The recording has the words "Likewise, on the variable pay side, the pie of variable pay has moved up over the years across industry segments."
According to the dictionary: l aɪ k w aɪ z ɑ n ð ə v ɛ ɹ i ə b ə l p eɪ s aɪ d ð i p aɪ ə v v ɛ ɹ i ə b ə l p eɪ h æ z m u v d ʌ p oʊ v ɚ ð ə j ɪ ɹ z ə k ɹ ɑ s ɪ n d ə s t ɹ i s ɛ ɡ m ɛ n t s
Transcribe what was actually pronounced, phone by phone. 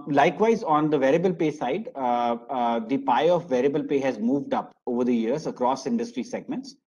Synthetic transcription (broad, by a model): l aɪ k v aɪ z ɑ n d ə v ɛ ɹ i ə b ə l p eɪ s aɪ d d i p aɪ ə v v ɛ ɹ i ə b ə l p eɪ h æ z m u v d ʌ p oʊ v ɚ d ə j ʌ ɹ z ə k ɹ ɑ s ɪ n d ə s t ɹ i s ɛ ɡ m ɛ n t s